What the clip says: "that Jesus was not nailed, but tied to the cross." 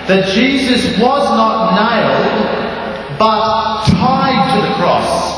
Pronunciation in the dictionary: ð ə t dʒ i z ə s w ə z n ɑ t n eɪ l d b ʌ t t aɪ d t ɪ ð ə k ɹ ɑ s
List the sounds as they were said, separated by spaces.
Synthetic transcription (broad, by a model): ð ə t dʒ i z ə s w ə z n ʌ t n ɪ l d b ʌ t t aɪ d t ɪ ð ə k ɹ ɑ s